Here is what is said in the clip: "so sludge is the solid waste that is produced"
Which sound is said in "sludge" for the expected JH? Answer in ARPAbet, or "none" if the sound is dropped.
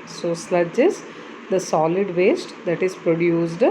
JH